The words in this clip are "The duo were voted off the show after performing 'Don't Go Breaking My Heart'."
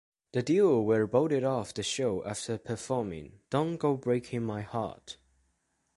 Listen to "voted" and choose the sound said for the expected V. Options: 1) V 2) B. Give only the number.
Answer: 2